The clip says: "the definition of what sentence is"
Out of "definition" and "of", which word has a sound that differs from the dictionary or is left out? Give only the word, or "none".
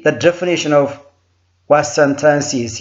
none